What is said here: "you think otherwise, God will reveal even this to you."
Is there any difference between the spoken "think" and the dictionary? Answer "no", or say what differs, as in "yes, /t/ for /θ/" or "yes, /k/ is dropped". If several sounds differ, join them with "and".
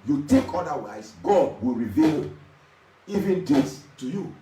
yes, /t/ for /θ/